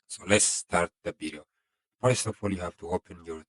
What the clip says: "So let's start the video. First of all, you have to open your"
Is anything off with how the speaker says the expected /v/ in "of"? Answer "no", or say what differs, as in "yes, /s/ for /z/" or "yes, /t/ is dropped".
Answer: yes, /f/ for /v/